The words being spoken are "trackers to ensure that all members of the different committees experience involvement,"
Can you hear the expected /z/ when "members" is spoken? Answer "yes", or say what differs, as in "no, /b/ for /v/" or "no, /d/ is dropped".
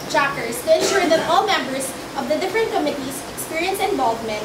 no, /s/ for /z/